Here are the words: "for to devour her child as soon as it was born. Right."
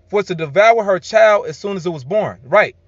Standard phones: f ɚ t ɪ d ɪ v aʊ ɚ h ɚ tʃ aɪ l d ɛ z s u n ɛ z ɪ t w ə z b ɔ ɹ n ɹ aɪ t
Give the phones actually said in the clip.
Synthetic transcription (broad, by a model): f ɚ t ɪ d ɪ v aʊ ɚ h ɚ tʃ aɪ l d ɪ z s u n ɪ z ɪ t w ə z b ɔ ɹ n ɹ aɪ t